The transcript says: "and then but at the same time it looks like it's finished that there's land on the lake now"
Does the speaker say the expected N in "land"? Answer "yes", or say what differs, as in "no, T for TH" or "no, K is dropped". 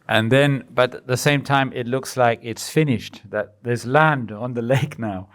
yes